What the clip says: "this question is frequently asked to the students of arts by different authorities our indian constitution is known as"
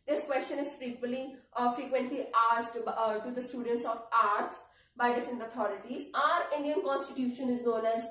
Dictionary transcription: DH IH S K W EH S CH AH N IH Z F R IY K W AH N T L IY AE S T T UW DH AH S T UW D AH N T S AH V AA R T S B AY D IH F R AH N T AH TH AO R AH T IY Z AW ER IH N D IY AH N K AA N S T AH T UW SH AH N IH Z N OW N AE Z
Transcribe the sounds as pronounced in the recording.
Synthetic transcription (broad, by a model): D IH S K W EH S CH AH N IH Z F R IY K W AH N T L IY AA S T T UW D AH S T UW D AH N T S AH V AA R T S B AY D IH F R AH N T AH T AO R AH T IY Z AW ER IH N D IY AH N K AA N S T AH T UW SH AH N IH Z N OW N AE Z